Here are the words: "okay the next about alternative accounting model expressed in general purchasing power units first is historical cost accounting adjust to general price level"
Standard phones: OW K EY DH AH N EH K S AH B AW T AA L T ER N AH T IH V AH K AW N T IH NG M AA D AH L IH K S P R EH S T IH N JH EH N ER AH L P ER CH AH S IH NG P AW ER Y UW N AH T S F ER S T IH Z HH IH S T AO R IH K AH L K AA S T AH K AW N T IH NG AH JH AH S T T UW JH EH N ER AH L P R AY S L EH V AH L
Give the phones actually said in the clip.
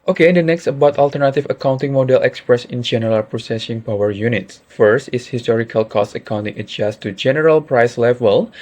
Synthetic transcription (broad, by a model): OW K EY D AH N EH K S AH B AW T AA L T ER N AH T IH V AH K AW N T IH NG M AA D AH L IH K S P R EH S IH N JH EH N ER AH L P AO S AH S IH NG P AW ER Y UW N AH T S F ER S T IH S HH IH S T AO R IH K AH L K AA S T AH K AW N T IH NG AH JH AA S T T UW JH EH N ER AH L P R AY S L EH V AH L